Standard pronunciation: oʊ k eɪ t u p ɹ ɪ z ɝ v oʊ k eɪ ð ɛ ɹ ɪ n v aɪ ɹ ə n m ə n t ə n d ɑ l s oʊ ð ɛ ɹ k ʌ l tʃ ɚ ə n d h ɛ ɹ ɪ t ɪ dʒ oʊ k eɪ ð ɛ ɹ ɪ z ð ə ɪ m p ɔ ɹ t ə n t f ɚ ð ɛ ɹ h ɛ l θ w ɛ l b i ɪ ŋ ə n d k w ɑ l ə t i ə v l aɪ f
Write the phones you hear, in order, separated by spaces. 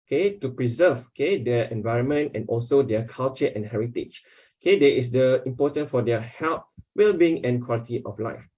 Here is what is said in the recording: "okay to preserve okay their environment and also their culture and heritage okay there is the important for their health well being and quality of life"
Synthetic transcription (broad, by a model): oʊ k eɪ t u p ɹ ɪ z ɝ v oʊ k eɪ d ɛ ɪ n v aɪ ɹ ə n m ə n t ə n ɑ l s oʊ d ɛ k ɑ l tʃ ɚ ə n h ɛ ɹ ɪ t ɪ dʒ oʊ k eɪ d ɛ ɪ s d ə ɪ m p ɔ t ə n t f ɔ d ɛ h ɛ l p w ɛ l b i ɪ ŋ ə n k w ɑ l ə t i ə f l aɪ f